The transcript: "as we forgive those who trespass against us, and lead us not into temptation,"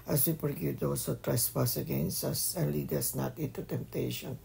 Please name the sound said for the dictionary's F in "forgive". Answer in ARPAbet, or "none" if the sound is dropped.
P